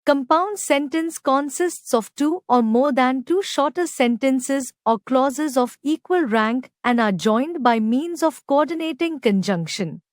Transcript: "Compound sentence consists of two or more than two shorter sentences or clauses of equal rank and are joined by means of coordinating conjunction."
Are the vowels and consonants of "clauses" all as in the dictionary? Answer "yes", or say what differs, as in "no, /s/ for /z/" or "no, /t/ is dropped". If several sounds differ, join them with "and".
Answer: yes